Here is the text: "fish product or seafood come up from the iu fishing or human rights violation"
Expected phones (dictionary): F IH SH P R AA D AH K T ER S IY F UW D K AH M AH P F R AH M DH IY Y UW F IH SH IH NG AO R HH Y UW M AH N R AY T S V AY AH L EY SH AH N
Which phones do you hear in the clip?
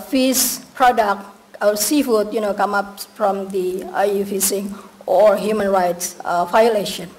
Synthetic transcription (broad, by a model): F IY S P R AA D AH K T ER S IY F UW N K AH M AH P F R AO M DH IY Y UW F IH S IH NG AO R HH Y UW M AH N R AY T S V AY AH L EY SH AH N